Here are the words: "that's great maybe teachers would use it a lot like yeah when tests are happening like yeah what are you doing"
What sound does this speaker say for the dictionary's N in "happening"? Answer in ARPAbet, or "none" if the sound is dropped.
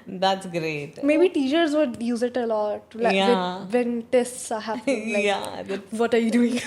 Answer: none